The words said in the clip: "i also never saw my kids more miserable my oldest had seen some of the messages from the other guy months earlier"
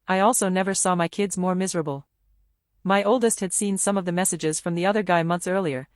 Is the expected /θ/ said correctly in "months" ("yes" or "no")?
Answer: yes